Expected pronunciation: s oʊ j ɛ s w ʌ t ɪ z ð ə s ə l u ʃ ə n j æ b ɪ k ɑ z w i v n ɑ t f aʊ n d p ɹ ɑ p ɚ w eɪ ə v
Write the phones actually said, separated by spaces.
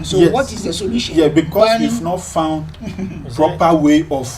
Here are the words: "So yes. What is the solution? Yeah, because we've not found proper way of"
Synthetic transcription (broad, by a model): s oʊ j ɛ w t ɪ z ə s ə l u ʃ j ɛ b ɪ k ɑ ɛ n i f n ɑ t f aʊ n d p ɹ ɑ p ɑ w eɪ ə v